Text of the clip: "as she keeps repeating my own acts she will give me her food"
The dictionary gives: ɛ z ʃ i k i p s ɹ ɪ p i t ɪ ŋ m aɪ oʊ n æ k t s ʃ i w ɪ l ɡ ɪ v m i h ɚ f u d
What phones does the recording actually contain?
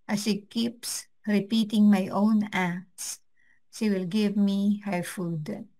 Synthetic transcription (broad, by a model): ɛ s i k i p s ɹ ɪ p i t ɪ ŋ m aɪ oʊ n æ k t s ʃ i w ɪ l ɡ ɪ v m i h ɚ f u d